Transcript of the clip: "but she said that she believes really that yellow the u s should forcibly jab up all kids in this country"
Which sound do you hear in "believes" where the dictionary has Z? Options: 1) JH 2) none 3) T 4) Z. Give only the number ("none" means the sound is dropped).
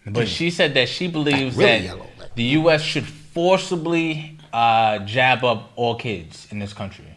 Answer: 4